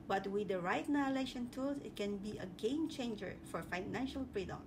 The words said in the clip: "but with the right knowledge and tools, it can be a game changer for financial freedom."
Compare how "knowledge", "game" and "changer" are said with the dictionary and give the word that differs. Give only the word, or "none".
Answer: knowledge